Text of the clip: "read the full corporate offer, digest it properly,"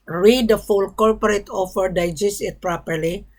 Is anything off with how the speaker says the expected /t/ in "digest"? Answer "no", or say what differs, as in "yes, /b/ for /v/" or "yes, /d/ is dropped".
yes, /t/ is dropped